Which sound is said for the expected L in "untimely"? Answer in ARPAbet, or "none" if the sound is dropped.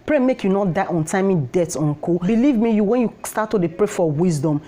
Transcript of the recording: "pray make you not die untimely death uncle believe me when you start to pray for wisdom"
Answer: none